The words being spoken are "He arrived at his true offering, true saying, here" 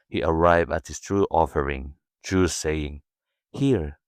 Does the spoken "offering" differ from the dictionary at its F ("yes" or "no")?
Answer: no